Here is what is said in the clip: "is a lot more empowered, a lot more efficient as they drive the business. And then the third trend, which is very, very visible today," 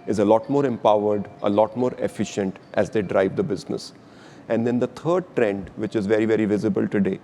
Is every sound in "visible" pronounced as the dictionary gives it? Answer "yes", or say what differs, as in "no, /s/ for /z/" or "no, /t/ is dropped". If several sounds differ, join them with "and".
yes